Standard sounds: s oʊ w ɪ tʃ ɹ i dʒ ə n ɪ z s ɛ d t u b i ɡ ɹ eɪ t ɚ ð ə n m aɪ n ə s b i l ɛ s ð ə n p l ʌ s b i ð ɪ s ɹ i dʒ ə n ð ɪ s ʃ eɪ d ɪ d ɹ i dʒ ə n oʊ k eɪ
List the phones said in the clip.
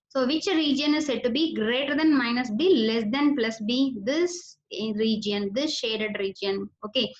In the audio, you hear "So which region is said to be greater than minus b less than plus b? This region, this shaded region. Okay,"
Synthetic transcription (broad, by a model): s oʊ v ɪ tʃ ɹ i dʒ ə n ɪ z s ɛ d t u b i ɡ ɹ eɪ t ɚ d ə n m aɪ n ə s b i l ɛ s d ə n p l ʌ s b i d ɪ s ɹ i dʒ ə n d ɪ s ʃ eɪ d ɪ d ɹ i dʒ ə n oʊ k eɪ